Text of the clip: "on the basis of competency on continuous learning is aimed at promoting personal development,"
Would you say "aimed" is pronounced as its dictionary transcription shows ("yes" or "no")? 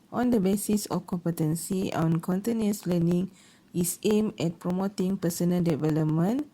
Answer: no